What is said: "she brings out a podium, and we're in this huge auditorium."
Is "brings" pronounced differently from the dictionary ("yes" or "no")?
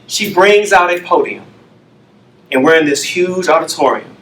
no